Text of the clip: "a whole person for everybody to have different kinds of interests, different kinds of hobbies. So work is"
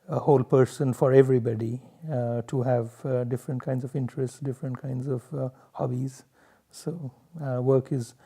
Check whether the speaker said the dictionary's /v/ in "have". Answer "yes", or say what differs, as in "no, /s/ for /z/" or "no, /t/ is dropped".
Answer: yes